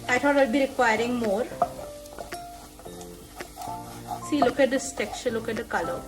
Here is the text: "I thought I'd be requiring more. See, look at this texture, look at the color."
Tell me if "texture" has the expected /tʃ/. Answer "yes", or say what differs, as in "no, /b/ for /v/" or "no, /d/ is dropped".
no, /tʃ/ is dropped